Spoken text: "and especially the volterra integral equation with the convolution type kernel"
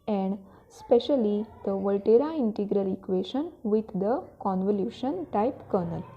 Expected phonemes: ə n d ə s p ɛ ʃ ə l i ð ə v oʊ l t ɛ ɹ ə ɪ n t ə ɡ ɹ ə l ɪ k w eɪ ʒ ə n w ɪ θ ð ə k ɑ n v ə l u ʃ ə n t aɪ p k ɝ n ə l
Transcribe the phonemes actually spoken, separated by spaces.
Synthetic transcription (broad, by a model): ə n d s p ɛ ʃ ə l i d ə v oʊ l t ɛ ɹ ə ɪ n t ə ɡ ɹ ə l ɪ k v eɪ ʃ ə n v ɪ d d ə k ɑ n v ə l u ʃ ə n t aɪ p k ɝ n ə l